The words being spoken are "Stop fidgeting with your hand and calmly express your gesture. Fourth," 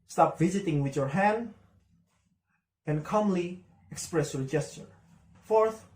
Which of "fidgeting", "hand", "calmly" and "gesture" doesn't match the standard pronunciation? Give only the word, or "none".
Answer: fidgeting